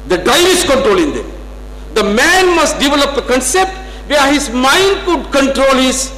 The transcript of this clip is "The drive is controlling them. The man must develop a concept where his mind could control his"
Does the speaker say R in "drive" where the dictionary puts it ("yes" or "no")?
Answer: no